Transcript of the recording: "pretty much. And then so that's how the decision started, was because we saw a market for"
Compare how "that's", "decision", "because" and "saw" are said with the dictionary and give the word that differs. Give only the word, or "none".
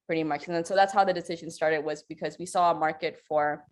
none